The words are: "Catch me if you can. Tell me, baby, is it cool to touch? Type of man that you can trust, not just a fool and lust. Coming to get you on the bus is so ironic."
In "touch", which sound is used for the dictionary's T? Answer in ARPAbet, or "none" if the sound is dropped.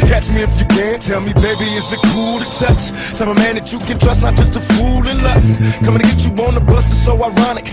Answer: S